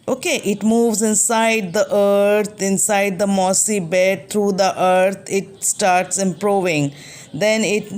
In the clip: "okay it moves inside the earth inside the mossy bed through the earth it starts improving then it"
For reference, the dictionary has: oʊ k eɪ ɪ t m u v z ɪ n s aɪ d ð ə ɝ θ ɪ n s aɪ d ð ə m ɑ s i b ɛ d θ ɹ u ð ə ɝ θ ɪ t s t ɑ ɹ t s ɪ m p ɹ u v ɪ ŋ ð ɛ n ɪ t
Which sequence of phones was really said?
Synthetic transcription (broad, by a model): oʊ k eɪ ɪ t m u v z ɪ n s aɪ d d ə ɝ t ɪ n s aɪ d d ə m ɑ s i b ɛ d t ɹ u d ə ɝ t ɪ t s t ɑ ɹ t s ɪ m p ɹ u v ɪ ŋ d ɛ n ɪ t